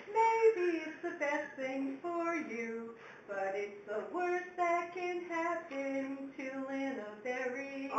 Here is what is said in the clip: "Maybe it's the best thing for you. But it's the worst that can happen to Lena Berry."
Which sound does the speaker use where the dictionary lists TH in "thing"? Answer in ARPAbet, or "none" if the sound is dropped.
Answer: TH